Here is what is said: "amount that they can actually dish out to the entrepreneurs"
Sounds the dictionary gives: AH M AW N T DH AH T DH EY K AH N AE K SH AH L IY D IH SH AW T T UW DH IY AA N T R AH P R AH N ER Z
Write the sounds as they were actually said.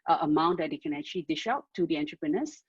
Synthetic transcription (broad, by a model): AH M AW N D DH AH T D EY K AH N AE K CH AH L IY D IH SH AW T T UW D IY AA N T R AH P R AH N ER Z